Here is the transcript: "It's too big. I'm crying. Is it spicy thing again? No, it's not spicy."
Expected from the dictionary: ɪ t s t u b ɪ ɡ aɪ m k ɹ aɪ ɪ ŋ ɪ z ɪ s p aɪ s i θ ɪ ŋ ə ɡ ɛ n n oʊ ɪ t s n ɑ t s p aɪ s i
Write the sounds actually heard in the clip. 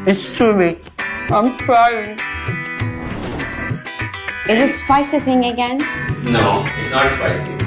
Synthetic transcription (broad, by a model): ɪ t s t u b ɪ aɪ m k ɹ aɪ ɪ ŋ ɪ z ɪ s p aɪ s i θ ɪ ŋ ə ɡ ɛ n n oʊ ɪ t s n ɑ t s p aɪ s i